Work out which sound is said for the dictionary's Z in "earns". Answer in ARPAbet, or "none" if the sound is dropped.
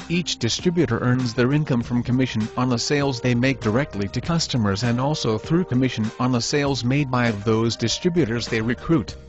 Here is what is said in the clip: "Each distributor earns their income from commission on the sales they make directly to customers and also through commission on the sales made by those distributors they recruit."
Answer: Z